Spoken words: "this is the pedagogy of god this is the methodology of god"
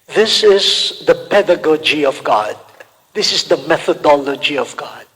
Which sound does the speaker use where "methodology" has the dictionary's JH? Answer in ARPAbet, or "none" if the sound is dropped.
JH